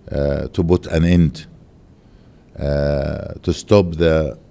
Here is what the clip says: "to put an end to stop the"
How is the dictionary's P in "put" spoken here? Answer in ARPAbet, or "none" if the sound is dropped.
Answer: B